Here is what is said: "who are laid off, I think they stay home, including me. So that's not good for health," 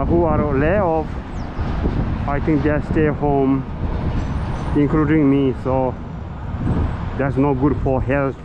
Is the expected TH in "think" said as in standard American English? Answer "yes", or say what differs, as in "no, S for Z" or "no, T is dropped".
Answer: no, T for TH